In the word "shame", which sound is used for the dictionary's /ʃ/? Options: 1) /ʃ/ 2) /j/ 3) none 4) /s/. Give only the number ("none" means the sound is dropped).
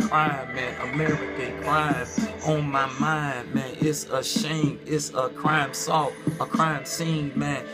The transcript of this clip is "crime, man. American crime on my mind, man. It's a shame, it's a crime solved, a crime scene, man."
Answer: 1